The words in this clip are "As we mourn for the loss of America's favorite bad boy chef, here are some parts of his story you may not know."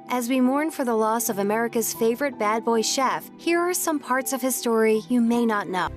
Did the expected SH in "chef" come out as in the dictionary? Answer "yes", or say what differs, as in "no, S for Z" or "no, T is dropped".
yes